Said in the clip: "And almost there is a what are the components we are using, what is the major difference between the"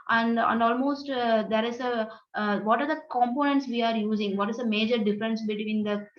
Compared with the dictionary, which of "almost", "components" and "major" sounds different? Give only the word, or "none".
none